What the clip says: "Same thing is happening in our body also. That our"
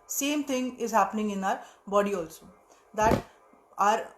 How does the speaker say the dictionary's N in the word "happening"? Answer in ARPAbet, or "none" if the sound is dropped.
N